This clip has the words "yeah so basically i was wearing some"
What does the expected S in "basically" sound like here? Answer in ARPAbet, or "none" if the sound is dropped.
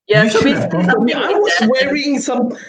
none